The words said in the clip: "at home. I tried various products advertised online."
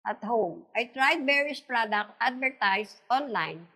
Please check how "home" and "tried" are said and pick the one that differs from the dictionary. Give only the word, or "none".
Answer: none